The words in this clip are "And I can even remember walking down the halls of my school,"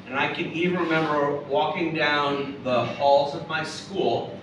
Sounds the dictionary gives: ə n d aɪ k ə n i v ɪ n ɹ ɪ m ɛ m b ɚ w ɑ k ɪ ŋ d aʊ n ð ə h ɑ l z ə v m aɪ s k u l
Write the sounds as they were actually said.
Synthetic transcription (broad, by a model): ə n aɪ k ə n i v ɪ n ɹ ɪ m ɛ m b ɚ w ɑ k ɪ ŋ d aʊ n ð ə h ɑ l z ə v m aɪ s k u l